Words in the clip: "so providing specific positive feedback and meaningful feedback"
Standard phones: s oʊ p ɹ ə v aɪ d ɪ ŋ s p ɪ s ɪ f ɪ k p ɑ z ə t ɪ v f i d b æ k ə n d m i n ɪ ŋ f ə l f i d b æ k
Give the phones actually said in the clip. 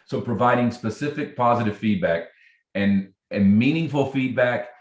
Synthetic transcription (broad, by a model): s oʊ p ɹ ə v aɪ d ɪ ŋ s p ɪ s ɪ f ɪ k p ɑ z ə t ɪ v f i d b æ k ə n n m i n ɪ ŋ f l f i d b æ k